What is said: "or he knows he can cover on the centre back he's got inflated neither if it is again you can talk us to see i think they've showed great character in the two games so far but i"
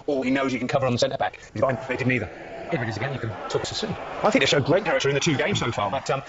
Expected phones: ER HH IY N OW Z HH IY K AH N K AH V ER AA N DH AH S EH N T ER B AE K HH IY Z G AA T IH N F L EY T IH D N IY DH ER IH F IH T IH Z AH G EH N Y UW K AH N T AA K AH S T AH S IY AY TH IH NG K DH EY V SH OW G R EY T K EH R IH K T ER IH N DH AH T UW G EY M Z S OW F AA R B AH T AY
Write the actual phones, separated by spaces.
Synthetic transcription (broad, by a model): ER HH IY N OW Z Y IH K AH N K AH V ER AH N DH AH S EH N T ER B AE K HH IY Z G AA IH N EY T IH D N IY DH ER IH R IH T IH Z AH G EH N Y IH K AH N T AA K AH S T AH S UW AY TH IH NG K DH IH SH OW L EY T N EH R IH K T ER IH N DH AH T UW G EY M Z S OW F AA R B AH T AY